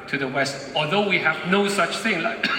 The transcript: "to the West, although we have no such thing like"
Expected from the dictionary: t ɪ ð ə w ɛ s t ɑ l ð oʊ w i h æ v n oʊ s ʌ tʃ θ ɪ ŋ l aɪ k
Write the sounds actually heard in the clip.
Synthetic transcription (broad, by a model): t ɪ ð ə w ɛ s t ɑ l ð oʊ w i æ v n oʊ s ʌ tʃ θ ɪ ŋ l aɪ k